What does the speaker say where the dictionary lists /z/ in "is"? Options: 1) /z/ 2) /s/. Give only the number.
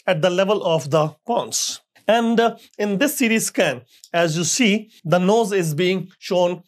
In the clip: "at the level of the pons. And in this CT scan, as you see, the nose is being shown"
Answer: 1